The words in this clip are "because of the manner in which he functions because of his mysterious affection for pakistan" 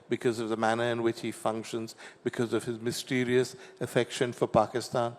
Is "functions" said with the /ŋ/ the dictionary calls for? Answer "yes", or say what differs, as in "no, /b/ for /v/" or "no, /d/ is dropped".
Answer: yes